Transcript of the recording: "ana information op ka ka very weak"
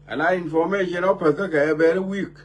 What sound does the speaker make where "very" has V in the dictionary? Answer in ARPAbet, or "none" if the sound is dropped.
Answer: B